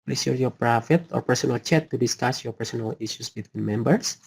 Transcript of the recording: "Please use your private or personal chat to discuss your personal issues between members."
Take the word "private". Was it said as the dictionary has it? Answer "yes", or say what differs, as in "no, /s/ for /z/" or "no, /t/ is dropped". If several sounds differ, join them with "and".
no, /f/ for /v/